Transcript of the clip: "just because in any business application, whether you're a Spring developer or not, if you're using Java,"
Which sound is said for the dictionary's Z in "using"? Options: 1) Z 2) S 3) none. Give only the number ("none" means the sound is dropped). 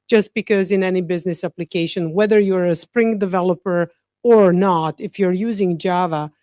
1